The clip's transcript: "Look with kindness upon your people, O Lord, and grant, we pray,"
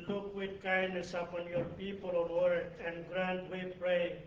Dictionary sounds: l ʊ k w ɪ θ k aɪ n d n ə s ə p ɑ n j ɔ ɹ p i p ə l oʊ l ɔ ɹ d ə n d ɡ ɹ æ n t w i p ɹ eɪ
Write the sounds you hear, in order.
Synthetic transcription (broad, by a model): l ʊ k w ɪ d k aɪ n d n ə s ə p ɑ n j ɔ ɹ p i p ə l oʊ w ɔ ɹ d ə n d ɡ ɹ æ n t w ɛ p ɹ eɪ